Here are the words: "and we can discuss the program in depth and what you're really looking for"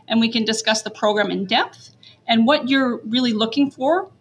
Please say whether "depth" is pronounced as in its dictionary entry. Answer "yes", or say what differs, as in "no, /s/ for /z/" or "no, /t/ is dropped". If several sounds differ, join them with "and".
yes